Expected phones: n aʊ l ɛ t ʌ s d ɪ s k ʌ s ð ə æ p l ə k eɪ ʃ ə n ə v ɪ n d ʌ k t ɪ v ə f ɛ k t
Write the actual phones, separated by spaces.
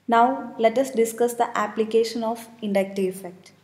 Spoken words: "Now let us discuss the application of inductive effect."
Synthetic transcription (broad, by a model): n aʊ l ɛ t ʌ s d ɪ s k ʌ s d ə æ p l ə k eɪ ʃ ə n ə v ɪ n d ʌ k t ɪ ə f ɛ k t